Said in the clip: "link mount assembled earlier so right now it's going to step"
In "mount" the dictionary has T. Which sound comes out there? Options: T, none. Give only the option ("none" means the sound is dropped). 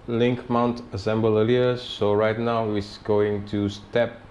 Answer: T